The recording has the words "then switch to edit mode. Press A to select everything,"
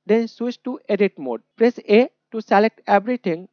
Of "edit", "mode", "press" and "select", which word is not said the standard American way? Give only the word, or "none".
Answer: none